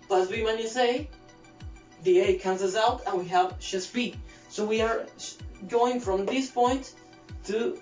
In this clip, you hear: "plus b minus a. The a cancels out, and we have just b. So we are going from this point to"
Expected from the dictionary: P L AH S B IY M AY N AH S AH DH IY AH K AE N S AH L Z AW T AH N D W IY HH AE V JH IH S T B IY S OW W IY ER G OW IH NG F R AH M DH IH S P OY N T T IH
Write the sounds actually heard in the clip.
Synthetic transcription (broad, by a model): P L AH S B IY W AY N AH S AH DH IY AH K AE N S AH Z AW T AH N W IY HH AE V SH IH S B IY S OW W IY ER G OW IH NG F R AH M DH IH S P OY N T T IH